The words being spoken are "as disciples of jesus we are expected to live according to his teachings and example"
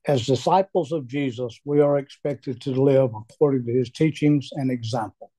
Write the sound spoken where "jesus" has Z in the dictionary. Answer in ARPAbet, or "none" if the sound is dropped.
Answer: Z